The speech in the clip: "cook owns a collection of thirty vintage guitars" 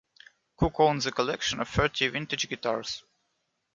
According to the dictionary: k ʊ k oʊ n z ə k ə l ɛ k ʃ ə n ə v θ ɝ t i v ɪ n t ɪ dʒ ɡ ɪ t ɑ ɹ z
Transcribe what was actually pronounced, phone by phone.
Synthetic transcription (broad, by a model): k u k oʊ n z ə k ə l ɛ k ʃ ə n ə v f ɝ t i v ɪ n t ɪ dʒ ɡ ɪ t ɑ ɹ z